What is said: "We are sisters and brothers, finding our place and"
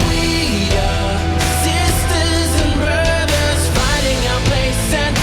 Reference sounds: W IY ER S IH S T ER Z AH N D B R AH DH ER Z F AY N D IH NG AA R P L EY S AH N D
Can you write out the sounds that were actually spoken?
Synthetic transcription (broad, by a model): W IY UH S IH S T ER Z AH N B R AH DH ER Z F AY D IH NG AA P L EY S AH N